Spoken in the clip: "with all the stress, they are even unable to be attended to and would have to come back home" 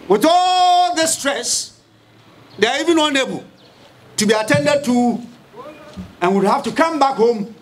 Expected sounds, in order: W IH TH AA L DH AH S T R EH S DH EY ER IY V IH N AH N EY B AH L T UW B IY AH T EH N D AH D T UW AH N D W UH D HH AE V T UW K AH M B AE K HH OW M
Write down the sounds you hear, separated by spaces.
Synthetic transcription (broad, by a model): W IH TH AA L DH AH S T R EH S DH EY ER IY V IH N AH N EY B AH L T UW B IY AH T EH N D AH D T UW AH N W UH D HH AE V T UW K AH M B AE K HH OW M